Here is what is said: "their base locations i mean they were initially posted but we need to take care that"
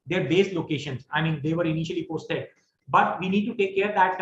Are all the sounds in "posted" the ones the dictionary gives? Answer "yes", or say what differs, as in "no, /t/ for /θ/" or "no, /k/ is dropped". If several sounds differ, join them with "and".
yes